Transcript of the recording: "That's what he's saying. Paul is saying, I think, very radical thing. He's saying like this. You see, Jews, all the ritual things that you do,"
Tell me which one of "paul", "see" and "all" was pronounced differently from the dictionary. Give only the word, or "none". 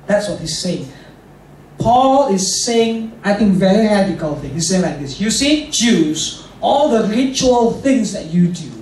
none